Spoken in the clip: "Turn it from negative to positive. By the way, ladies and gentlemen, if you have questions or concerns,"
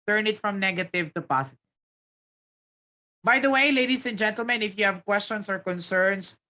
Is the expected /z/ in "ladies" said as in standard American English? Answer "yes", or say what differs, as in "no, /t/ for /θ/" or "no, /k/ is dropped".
no, /s/ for /z/